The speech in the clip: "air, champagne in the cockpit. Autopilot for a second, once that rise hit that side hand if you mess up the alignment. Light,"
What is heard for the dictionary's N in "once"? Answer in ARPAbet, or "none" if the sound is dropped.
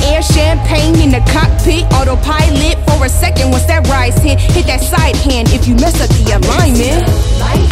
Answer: none